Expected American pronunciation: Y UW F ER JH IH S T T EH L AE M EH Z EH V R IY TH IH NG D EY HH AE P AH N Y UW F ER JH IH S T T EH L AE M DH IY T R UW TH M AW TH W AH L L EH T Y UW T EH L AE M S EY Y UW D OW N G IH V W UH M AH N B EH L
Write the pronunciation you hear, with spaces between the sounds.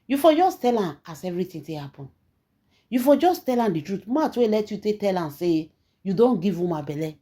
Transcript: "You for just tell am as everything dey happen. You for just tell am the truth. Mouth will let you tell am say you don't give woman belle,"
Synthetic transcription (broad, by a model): Y UW F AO JH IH S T T EH L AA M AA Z EH V R IY T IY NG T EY HH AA P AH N Y UW F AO JH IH S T T EH L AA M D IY T R UW T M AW T W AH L L EH T Y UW T EH L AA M S EY Y UW D OW N G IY V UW M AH B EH L